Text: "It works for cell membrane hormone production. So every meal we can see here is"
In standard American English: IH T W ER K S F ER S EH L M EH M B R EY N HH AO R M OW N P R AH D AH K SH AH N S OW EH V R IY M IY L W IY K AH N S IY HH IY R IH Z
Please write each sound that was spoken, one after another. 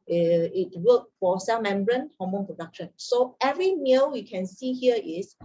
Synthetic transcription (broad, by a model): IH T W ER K F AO S EH L M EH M B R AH N HH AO M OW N P R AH D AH K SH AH N S OW EH V R IY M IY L W IY K AH N S IY HH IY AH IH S